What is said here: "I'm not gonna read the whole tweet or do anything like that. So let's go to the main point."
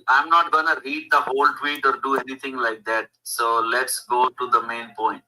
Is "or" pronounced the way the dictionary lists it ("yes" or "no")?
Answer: yes